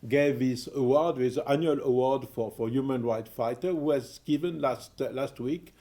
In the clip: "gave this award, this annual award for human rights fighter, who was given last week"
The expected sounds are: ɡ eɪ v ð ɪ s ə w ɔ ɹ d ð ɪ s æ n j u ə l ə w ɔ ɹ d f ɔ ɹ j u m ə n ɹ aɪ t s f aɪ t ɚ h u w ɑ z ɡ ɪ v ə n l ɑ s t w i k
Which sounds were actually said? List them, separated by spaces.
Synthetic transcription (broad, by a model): ɡ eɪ v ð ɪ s ə w ɔ ɹ d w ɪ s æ n j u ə l ə w ɔ ɹ d f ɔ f j u m ə n ɹ aɪ t f aɪ t ɚ h u w ɑ z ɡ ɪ v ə n l ɑ s t w i k